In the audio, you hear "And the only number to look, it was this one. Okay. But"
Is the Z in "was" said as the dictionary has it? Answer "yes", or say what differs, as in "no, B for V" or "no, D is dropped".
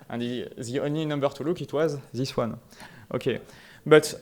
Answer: yes